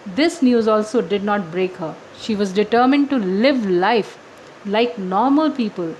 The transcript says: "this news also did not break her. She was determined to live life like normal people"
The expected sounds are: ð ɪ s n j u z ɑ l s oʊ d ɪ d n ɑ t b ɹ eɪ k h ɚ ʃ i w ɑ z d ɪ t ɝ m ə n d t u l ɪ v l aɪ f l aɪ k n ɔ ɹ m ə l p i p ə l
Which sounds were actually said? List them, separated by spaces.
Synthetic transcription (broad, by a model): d ɪ s n j u z ɑ l s oʊ d ɪ d n ɑ t b ɹ eɪ k h ɚ ʃ i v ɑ z d ɪ t ɝ m ə n d t u l ɪ v l aɪ f l aɪ k n ɔ ɹ m ə l p i p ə l